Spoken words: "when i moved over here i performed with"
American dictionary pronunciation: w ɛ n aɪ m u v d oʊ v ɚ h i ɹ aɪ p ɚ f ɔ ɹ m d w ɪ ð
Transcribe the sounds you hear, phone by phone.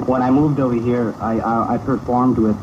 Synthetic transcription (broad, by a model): w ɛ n aɪ m u v d oʊ v ɚ h i ɹ aɪ p ɚ f ɔ ɹ m d w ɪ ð